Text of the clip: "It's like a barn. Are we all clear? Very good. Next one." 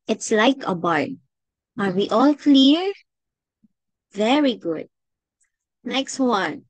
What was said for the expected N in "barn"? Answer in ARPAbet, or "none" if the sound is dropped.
none